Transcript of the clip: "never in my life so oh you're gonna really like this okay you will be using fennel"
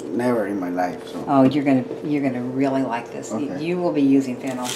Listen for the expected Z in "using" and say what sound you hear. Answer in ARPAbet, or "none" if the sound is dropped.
Z